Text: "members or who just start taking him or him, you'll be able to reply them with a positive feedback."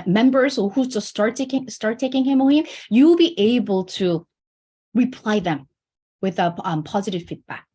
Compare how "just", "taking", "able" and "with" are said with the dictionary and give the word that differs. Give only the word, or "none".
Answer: just